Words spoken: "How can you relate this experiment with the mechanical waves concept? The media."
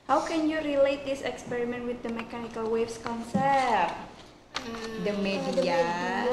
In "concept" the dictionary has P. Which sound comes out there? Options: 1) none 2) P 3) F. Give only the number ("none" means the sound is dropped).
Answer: 1